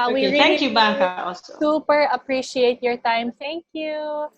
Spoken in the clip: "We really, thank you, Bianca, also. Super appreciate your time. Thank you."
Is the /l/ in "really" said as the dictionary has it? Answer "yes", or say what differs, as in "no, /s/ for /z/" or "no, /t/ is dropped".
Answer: no, /l/ is dropped